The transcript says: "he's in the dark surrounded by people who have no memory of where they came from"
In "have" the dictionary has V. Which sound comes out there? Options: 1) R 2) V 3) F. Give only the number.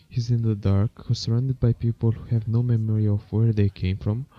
2